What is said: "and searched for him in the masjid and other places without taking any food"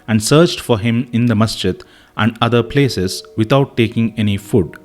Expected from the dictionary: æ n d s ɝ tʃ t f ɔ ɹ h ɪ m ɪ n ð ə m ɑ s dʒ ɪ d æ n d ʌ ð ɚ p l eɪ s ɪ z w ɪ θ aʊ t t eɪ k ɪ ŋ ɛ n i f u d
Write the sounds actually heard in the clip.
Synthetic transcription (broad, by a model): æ n d s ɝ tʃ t f ɔ ɹ h ɪ m ɪ n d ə m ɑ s tʃ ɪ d æ n d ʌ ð ɚ p l eɪ s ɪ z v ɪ t aʊ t t eɪ k ɪ ŋ ɛ n i f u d